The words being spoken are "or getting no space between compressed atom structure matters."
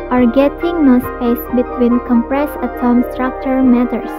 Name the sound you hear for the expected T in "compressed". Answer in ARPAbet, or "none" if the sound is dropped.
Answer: none